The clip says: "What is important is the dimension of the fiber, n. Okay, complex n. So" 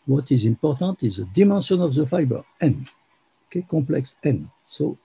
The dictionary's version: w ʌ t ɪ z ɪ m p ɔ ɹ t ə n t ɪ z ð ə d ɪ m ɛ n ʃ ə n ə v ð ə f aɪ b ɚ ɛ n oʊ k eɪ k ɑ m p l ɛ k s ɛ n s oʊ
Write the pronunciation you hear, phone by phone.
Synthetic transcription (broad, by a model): w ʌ t ɪ z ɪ m p ɔ ɹ t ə t ɪ z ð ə d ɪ m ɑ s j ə n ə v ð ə f aɪ b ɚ ɛ n oʊ k eɪ k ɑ p l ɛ k s ɛ n s oʊ